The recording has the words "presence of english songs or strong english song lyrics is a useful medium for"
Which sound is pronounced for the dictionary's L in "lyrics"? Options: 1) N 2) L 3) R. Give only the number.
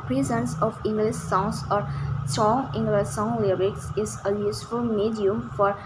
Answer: 2